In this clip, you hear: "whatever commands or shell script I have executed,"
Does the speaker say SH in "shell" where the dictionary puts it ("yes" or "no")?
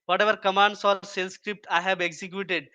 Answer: no